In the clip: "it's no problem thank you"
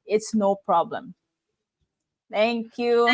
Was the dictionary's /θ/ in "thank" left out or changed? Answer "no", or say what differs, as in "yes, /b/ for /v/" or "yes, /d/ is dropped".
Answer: yes, /t/ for /θ/